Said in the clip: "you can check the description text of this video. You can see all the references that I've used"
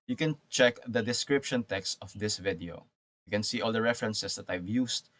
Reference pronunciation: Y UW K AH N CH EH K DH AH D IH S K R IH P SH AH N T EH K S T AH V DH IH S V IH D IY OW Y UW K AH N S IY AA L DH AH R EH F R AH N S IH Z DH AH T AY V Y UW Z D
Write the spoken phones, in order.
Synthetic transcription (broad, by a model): Y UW K AH N CH EH K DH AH D IH S K R IH P SH AH N T EH K S T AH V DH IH S V IH D IY OW Y UW K AH N S IY AA L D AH R EH F R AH N S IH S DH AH T AY V Y UW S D